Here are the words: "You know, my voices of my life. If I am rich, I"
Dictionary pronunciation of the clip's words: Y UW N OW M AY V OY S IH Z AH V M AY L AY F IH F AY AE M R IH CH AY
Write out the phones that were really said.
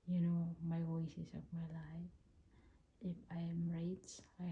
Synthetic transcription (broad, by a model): Y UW N OW M AY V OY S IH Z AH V M AY L AY F IH F AY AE M R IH S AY